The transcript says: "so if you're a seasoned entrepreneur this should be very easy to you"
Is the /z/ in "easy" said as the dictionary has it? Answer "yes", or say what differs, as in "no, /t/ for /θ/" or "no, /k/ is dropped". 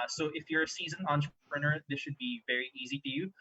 yes